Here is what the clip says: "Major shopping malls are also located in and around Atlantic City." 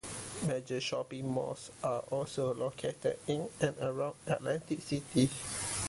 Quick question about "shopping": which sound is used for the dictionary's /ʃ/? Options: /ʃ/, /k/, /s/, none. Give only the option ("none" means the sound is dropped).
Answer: /ʃ/